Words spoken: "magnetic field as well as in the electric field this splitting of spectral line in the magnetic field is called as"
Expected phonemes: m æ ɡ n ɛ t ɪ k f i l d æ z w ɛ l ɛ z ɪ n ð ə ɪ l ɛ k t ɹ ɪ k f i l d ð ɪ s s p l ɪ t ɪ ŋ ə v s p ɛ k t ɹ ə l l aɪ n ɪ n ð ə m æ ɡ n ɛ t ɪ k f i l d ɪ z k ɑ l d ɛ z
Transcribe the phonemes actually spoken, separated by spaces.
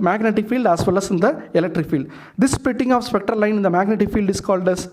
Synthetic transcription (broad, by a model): m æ ɡ n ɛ t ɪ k f i l d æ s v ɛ l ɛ s ɪ n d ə ɪ l ɛ k t ɹ ɪ k f i l d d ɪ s s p ɪ t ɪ ŋ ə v s p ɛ k t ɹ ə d l aɪ n ɪ n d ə m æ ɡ n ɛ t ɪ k f i l d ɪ s k ɑ l d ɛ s